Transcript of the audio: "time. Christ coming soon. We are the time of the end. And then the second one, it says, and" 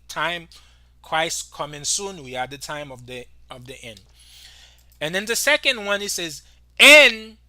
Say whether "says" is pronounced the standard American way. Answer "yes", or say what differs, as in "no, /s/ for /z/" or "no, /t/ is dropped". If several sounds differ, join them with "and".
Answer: yes